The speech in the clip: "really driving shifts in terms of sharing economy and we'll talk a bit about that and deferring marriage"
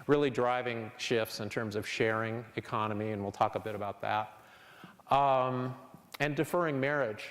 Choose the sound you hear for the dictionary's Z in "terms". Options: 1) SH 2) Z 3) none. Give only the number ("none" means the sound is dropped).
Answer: 2